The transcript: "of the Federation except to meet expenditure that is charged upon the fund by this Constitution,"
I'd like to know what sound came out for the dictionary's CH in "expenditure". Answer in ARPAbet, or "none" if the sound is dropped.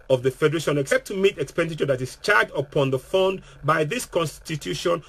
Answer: CH